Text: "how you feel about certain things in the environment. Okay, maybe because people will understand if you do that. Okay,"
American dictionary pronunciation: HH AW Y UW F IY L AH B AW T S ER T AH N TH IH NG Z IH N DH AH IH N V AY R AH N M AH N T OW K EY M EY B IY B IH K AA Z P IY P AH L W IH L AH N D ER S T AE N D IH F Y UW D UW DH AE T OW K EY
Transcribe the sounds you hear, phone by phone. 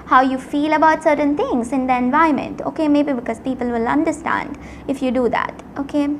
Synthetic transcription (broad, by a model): HH AW Y UW F IY L AH B AW T S ER T AH N T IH NG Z IH N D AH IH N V AY AH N M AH N T OW K EY M EY B IY B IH K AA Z P IY P AH L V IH L AH N D ER S T AE N D IH F Y UW D UW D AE T OW K EY